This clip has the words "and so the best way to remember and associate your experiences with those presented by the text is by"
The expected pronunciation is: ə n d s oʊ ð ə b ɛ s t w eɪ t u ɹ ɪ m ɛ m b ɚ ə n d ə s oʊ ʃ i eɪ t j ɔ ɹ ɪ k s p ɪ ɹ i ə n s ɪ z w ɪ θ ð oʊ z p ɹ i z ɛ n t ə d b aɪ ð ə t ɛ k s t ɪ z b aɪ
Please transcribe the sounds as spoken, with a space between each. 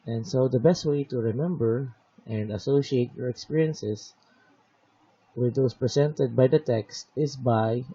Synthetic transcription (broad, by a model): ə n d s oʊ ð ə b ɛ s t w eɪ t u ɹ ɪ m ɛ m b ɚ ə n d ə s oʊ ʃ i eɪ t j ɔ ɹ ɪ k s p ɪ ɹ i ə n s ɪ s w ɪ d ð oʊ s p ɹ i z ɛ n t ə d b aɪ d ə t ɛ k s t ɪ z b aɪ